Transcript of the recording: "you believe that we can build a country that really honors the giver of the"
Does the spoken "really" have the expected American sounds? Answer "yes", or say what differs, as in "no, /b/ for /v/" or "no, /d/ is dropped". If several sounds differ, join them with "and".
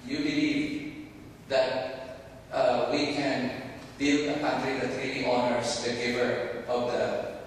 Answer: no, /n/ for /l/